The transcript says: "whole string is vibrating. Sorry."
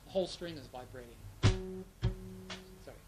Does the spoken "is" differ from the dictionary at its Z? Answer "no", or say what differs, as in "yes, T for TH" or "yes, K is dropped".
no